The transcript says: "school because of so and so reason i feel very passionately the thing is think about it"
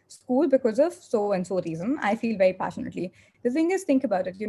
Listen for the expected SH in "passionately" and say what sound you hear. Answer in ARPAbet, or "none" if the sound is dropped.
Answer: SH